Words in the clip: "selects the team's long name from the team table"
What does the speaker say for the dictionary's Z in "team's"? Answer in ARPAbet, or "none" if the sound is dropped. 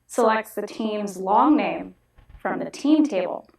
Z